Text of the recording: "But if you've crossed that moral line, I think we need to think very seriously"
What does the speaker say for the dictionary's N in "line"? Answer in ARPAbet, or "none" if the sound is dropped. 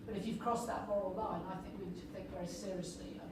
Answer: N